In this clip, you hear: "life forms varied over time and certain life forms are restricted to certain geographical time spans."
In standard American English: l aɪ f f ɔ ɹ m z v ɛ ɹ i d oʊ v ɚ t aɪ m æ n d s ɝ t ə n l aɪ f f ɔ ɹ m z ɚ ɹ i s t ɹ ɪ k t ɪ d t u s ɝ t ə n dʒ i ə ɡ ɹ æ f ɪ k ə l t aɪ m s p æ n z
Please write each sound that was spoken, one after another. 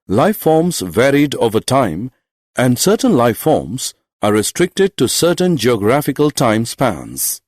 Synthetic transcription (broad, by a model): l aɪ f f ɔ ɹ m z v ɛ ɹ i d oʊ v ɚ t aɪ m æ n d s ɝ t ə n l aɪ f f ɔ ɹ m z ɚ ɹ i s t ɹ ɪ k t ɪ d t u s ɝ t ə n dʒ i ə ɡ ɹ æ f ɪ k ə l t aɪ m s p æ n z